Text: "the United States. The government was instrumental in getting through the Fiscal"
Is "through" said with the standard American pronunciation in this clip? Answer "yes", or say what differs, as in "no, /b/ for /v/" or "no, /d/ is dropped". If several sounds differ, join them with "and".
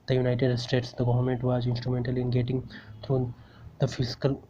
no, /t/ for /θ/